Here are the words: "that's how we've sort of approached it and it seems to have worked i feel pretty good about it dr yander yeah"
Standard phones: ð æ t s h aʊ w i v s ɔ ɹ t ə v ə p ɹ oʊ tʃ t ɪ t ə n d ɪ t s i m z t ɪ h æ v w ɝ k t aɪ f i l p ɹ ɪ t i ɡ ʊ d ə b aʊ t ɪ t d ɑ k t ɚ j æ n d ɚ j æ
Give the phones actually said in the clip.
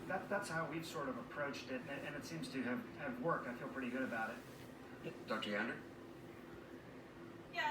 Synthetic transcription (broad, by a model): ð æ t s h aʊ w i v s ɔ ɹ t ə v ə p ɹ oʊ tʃ t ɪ t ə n ɪ t s i m z t ɪ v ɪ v w ɝ k t aɪ f i l p ɹ ɪ t i ɡ ʊ d ə b aʊ t ɪ t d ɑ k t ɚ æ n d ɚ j